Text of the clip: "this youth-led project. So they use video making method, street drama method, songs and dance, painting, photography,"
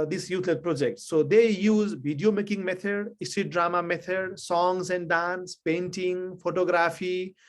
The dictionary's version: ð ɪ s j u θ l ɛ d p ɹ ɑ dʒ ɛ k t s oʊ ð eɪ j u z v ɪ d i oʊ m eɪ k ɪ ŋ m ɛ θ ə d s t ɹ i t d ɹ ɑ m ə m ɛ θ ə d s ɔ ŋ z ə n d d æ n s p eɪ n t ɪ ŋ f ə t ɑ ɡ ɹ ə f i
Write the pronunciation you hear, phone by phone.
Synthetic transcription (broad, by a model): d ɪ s j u t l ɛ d p ɹ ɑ dʒ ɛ k t s oʊ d eɪ j u z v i d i oʊ m eɪ k ɪ ŋ m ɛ t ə d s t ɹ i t d ɹ ɑ m ə m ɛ t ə d s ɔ ŋ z ə n d d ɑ n s p eɪ n t ɪ ŋ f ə t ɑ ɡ ɹ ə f i